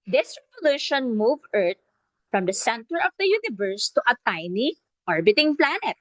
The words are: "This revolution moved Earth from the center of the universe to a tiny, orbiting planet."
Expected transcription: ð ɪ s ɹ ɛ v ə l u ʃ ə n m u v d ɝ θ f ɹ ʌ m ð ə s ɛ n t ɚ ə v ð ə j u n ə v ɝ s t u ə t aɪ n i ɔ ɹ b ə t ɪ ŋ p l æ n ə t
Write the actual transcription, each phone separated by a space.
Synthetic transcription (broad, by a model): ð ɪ s ɹ ɛ v ə l u ʃ ə n m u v ɝ t f ɹ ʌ m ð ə s ɛ n t ɚ ə v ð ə j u n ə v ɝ s t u ə t aɪ n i ɔ ɹ b ə t ɪ ŋ p l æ n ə t